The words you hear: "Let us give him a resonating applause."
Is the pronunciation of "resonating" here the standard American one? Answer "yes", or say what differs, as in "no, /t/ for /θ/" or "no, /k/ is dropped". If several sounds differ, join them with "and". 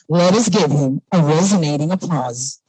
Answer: yes